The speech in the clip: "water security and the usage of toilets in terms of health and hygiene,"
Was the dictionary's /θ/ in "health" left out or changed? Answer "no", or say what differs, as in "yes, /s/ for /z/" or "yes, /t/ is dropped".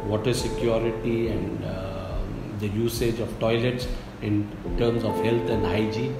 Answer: yes, /t/ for /θ/